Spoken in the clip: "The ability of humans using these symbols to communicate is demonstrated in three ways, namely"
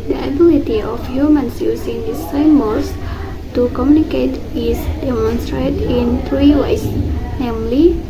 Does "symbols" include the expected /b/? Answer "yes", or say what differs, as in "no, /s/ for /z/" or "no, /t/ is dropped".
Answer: no, /b/ is dropped